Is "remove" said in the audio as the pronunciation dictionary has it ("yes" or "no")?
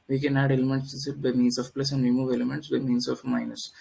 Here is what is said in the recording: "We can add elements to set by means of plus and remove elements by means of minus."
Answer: yes